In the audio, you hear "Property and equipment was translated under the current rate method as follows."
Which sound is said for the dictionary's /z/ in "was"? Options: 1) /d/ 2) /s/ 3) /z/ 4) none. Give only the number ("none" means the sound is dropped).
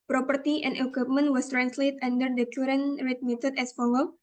2